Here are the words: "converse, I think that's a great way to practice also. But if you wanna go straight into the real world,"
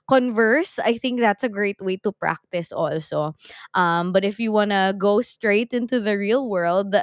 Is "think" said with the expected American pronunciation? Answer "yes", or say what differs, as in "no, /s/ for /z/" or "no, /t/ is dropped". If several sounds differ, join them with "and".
yes